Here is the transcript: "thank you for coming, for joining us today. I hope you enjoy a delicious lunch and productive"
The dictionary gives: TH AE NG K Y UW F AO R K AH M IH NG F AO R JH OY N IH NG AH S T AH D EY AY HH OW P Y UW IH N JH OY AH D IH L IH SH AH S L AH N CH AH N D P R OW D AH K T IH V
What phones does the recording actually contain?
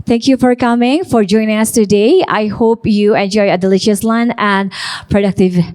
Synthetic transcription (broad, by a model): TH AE NG K Y UW F AO R K AH M IH NG F AO R JH OY N IH NG AH S T AH D EY AY HH OW P Y UW IH N JH OY AH D IH L IH SH AH S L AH N AH N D P R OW D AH K T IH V